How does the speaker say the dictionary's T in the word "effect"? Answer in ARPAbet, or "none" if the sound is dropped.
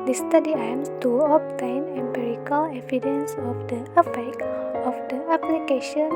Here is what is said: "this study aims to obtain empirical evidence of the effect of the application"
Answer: none